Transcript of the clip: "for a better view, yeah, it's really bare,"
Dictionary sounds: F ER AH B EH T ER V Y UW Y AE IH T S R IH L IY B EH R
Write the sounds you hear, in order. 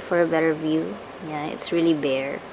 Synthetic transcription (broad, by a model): F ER AH B EH T ER V Y UW Y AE IH T S R IH L IY B EH R